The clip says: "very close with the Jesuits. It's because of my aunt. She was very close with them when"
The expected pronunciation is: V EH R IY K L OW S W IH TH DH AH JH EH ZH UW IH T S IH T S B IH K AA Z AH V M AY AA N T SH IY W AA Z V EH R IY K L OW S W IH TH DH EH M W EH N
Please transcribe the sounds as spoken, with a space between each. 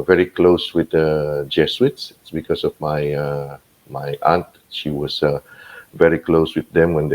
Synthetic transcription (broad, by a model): V EH R IY K L OW S W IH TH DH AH JH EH S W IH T S IH T S B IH K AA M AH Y M AY AA N T SH IY W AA S V EH R IY K L OW S W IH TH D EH M W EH N